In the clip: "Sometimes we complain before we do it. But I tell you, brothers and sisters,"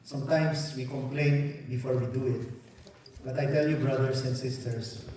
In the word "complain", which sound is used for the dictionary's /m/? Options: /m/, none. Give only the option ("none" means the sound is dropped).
/m/